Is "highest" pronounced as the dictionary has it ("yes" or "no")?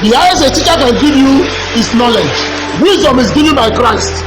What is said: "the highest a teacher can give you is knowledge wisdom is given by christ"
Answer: no